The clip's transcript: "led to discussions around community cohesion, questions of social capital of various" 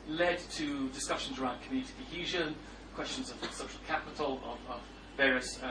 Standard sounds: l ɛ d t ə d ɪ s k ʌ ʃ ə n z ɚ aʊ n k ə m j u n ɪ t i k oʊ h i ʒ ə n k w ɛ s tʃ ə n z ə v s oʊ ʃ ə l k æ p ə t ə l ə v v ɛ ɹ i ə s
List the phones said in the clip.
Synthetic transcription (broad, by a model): l ɛ d t ə d ɪ s k ʌ ʃ ə n z ɚ aʊ n k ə m j u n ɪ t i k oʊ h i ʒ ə n k w ɛ s tʃ ə n z ə v s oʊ ʃ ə l k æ p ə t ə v ə v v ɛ ɹ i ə s